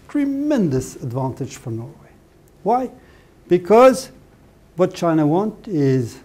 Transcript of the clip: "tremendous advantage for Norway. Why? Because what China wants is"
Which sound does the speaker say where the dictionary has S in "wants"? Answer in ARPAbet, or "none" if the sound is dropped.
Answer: none